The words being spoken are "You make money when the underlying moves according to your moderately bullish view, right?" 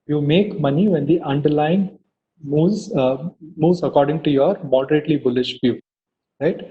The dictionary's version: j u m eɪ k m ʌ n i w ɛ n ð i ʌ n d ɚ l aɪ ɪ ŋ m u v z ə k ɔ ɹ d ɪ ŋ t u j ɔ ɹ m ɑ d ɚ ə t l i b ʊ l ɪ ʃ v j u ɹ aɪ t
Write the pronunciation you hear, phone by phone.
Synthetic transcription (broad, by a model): j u m eɪ k m ʌ n i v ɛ n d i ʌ n d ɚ l aɪ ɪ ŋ m u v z ə k ɔ ɹ d ɪ ŋ t u j ɔ ɹ m ɑ d ɚ ə t l i b ʊ l ɪ ʃ f j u ɹ aɪ t